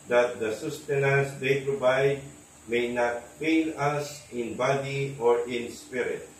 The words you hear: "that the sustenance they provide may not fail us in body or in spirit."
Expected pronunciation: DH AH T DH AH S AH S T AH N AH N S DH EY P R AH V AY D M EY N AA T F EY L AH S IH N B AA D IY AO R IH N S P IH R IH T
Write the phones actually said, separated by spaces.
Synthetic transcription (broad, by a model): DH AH T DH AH S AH S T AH N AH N S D EY P R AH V AY D M EY N AA T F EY N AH S IH N B AA D IY AO R IH N S P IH R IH T